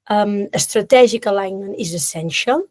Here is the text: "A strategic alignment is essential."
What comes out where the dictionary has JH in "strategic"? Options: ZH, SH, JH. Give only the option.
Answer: ZH